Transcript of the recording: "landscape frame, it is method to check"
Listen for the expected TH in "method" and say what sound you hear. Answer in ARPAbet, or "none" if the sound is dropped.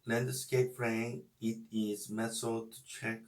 S